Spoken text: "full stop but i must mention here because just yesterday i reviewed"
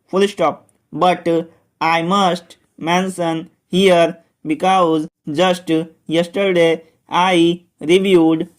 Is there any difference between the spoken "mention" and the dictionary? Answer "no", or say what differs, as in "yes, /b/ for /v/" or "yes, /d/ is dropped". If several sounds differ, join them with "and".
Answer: yes, /s/ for /ʃ/